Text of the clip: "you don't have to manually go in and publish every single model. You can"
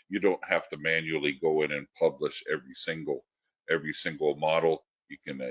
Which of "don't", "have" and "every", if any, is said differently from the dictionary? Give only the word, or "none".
have